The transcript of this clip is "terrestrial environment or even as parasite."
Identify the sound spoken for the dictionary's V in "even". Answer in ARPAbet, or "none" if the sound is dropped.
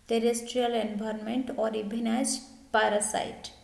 B